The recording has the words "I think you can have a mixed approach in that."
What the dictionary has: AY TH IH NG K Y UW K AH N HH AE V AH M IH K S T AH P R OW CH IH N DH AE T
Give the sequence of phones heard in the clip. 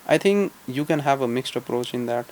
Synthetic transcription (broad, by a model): AY T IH NG K Y UW K AH N HH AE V AH M IH K S T AH P R OW CH IH N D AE T